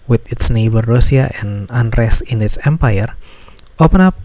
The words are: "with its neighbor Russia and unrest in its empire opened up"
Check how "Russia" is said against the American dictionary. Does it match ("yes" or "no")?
no